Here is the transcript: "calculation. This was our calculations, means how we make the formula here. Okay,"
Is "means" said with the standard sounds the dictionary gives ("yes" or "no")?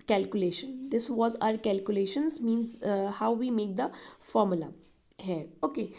yes